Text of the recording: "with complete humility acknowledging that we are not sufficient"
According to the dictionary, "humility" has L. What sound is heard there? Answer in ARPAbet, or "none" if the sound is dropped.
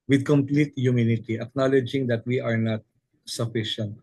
N